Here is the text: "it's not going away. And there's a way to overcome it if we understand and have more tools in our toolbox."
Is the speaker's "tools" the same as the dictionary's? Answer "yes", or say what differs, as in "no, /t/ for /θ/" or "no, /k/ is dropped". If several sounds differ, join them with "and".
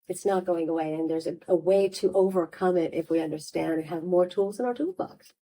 yes